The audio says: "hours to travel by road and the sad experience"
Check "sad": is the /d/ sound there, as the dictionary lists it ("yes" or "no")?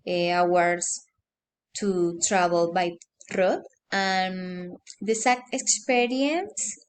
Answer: no